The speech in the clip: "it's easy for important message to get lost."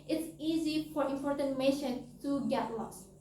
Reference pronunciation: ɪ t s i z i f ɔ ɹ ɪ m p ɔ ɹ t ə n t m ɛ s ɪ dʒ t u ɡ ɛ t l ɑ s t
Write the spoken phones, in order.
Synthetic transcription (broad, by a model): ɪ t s i z i f ɔ ɹ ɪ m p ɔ ɹ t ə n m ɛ ʃ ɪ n t u ɡ ɛ t l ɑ s